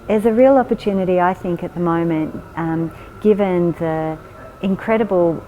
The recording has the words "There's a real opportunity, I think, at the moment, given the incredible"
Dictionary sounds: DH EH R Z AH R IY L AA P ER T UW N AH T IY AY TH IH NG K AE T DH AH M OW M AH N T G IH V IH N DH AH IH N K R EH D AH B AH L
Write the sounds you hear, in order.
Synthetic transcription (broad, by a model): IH Z AH R IY L AA P ER T UW N AH T IY AY TH IH NG K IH T DH AH M OW M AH N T G IH V IH N DH AH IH N K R EH D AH B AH L